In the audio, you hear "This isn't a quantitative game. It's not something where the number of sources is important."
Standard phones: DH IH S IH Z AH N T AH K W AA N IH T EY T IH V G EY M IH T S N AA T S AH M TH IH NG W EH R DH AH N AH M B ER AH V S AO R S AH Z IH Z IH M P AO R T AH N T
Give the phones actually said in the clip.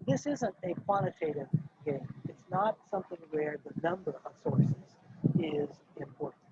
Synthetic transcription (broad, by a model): DH IH S IH Z AH N T AH K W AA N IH T EY T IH V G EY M IH T S N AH T S AH M TH IH NG W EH R DH AH N AH M B ER AH V S AO R S AH Z IH Z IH M P AO R T N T